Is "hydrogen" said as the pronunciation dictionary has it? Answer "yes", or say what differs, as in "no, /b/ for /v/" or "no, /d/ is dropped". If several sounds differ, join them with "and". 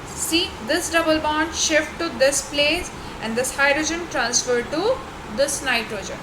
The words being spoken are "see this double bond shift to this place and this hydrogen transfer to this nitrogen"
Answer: yes